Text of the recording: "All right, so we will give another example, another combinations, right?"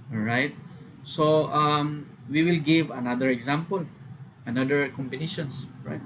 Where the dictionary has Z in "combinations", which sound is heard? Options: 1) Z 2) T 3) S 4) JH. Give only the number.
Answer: 3